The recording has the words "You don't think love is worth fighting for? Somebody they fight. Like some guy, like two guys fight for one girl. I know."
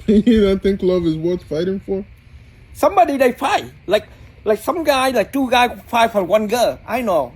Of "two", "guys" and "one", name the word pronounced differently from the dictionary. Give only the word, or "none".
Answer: guys